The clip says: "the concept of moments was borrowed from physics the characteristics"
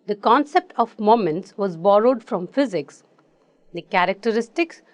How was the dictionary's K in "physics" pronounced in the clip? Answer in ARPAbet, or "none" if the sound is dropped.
K